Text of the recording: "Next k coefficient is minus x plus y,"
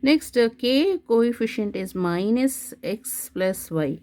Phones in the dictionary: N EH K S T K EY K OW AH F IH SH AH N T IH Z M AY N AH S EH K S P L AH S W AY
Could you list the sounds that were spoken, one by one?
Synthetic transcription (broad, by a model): N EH K S T K EY K OW AH F IH SH AH N T IH Z M AY N AH S EH K S P L AH S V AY